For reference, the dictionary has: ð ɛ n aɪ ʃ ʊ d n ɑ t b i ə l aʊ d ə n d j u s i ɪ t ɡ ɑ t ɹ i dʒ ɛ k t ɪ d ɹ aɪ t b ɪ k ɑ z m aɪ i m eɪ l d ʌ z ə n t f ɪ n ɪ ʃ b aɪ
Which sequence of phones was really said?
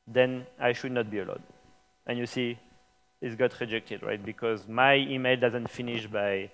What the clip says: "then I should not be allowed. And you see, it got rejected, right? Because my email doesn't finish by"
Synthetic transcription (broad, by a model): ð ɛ n aɪ ʃ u d n ɑ t b i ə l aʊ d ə n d j u s i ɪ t ɡ ɑ t ɹ i dʒ ɛ k t ɪ d ɹ aɪ t b ɪ k ɑ z m aɪ i m eɪ l d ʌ z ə n t f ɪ n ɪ ʃ b aɪ